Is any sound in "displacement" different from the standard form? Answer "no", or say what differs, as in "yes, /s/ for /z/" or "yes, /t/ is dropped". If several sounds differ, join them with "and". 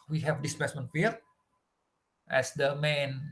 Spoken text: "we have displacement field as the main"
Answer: yes, /l/ is dropped